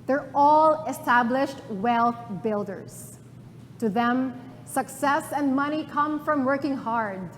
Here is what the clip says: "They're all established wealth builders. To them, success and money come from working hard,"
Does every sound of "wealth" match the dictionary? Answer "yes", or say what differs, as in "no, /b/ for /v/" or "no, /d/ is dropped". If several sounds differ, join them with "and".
yes